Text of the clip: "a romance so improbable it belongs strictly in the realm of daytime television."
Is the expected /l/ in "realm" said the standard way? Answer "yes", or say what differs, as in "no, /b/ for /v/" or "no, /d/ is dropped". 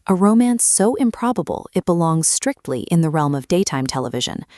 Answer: yes